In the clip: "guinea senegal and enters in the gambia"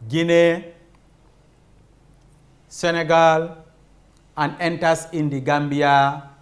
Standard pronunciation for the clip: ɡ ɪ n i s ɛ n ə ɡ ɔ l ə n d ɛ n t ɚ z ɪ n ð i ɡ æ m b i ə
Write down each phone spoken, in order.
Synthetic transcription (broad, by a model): ɡ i n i s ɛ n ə ɡ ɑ l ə n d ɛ n t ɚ s ɪ n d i ɡ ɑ m b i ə